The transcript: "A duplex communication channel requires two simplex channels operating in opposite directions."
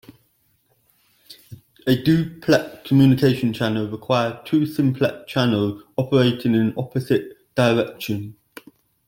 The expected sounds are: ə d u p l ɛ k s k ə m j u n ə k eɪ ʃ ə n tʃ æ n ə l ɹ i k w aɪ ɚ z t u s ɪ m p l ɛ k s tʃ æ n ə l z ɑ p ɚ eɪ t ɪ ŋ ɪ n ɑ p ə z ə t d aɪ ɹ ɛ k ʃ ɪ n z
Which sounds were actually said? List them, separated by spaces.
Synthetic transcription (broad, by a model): ə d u p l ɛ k k ə m j u n ə k eɪ ʃ ə n tʃ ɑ n ə l ɹ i k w aɪ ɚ t u s ɪ m p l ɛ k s tʃ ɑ n ə l z ɑ p ɚ eɪ t ɪ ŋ ɪ n ɑ p ə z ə t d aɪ ɹ ɛ k ʃ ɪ n